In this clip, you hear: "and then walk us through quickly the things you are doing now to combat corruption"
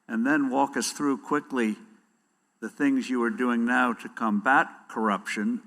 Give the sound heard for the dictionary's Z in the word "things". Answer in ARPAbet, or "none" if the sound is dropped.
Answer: Z